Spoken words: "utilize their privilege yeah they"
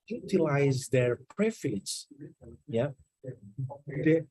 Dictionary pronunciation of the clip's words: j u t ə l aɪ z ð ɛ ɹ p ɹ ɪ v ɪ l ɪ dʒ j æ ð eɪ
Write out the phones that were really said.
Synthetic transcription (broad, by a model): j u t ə l aɪ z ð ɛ ɹ p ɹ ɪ f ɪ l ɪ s j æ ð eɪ